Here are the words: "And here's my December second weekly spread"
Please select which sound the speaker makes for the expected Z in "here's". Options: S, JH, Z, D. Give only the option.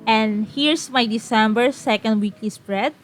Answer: S